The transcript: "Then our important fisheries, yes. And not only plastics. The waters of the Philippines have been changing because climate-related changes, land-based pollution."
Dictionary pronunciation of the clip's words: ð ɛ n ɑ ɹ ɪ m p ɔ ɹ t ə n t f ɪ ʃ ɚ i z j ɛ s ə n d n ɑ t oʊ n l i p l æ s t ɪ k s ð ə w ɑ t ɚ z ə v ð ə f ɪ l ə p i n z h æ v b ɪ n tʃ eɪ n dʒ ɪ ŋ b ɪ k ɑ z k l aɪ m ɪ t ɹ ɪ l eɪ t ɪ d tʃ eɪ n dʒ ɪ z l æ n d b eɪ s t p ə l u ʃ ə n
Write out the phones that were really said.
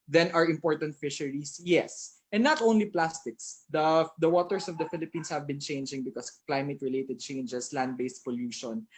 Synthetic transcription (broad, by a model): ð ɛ n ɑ ɹ ɪ m p ɔ ɹ t ə n t f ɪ ʃ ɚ i s j ɛ s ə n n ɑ t oʊ n l i p l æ s t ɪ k s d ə w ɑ t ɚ s ə v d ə f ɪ l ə p i n s h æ v b ɪ n tʃ eɪ n dʒ ɪ ŋ b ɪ k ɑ s k l aɪ m ɪ t ɹ ɪ l eɪ t ɪ d tʃ eɪ n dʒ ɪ s l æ n d b eɪ s p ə l u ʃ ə n